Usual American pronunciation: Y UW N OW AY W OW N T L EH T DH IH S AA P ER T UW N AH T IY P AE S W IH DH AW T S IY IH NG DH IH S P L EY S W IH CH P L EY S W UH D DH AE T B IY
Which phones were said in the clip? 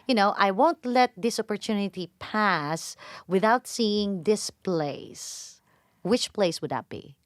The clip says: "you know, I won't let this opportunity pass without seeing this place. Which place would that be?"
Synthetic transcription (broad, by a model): Y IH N OW AY W OW N T L EH T DH IH S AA P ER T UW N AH T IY P AE S W IH DH AW T S IY IH NG DH IH S P L EY S W IH CH P L EY S W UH D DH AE T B IY